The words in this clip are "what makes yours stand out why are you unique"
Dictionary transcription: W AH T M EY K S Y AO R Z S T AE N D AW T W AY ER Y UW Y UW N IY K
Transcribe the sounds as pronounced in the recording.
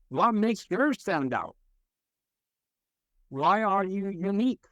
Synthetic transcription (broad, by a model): W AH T M EY K S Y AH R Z S T AE N D AW T W AY ER Y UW Y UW N IY K